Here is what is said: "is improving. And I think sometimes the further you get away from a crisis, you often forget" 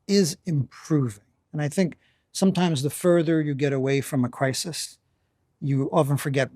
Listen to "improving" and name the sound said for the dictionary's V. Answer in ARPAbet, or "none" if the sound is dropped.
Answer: V